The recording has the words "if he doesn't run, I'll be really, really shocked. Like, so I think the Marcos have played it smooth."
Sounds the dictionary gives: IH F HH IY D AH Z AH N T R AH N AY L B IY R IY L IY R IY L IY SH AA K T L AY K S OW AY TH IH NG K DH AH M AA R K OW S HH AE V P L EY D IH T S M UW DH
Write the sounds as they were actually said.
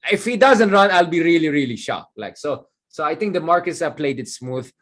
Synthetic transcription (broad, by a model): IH F HH IY D AH Z AH N T R AH N AY L B IY R IY L IY R IY L IY SH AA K L AY K S OW AY T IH NG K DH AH M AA R K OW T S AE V P L EY D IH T S M UW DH